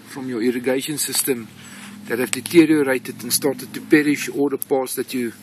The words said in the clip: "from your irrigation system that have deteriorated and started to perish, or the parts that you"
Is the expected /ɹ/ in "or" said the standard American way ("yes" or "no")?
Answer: no